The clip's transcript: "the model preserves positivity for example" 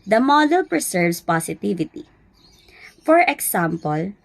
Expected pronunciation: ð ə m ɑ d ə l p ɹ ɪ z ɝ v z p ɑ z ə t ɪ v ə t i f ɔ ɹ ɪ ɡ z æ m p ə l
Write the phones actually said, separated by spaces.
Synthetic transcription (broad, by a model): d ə m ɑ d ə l p ɹ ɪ s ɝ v s p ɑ s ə t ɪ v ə t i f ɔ ɹ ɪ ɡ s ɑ m p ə l